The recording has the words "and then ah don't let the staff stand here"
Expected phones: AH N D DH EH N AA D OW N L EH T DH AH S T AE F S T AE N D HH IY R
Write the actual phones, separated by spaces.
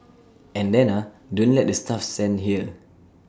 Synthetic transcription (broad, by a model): AH N D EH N AA D OW N L EH T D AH S T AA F S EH N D HH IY L